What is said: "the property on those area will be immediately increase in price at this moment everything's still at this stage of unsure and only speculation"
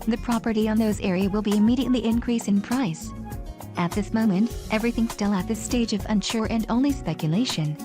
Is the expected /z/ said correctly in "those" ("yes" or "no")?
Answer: yes